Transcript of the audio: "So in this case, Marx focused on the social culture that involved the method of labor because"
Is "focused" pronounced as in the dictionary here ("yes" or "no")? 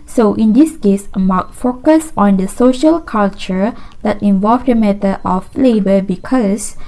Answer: no